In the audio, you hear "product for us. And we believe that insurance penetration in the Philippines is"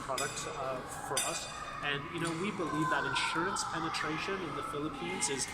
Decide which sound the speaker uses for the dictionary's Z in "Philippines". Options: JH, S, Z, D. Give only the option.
Z